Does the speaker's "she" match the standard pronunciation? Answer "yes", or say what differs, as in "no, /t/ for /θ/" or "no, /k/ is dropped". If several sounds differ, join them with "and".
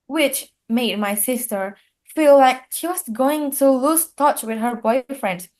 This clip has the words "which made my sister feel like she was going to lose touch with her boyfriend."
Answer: yes